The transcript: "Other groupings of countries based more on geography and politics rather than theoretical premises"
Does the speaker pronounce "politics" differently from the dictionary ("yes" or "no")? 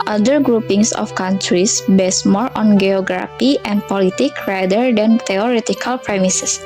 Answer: yes